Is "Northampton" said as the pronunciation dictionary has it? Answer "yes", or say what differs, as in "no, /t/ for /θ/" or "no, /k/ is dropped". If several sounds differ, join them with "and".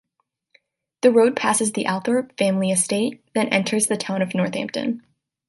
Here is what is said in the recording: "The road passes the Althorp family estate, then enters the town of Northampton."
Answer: yes